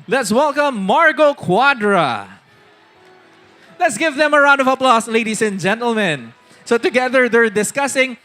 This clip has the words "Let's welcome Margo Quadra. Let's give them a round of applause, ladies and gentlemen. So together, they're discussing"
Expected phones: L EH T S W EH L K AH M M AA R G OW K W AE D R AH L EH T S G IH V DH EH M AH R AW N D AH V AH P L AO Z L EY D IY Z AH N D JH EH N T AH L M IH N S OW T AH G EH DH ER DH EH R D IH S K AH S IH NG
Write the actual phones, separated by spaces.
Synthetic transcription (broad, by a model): L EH T S W EH L K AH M M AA R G OW K W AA D R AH L EH T S G IH V DH EH M AH R AW N D AH V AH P L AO S L EY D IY S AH N JH EH N T AH L M IH N S OW T AH G EH DH ER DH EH R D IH S K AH S IH NG